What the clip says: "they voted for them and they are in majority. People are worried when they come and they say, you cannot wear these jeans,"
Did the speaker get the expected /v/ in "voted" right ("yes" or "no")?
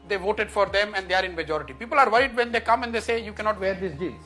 yes